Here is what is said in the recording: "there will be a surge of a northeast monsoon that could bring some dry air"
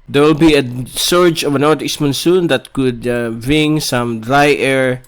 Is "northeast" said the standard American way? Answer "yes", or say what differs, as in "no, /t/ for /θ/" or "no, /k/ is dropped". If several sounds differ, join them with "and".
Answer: no, /t/ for /θ/